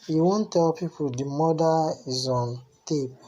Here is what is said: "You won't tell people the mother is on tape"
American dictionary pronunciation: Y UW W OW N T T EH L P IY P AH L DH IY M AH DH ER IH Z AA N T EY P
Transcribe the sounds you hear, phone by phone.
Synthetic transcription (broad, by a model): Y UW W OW N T T EH L P IY P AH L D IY M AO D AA IH Z AA N T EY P